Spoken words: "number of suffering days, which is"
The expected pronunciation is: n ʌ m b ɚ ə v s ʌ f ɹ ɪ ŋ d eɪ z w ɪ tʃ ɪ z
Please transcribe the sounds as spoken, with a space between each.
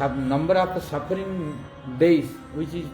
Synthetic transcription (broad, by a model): n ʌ m b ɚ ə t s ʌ p ɹ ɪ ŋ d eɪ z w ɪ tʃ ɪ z